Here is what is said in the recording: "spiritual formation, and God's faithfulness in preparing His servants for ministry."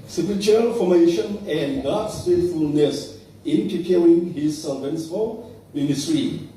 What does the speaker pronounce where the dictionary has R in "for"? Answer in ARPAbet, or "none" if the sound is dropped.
L